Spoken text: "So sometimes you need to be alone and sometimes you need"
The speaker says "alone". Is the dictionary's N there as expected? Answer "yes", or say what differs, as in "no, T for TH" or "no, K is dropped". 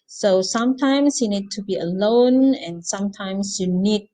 yes